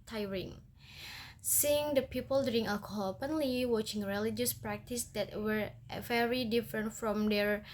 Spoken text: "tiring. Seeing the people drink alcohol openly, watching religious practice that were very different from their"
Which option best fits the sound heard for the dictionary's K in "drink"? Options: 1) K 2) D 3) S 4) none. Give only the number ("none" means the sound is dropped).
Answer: 4